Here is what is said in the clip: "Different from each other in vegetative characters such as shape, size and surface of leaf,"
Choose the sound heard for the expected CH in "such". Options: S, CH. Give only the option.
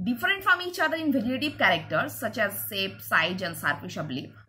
CH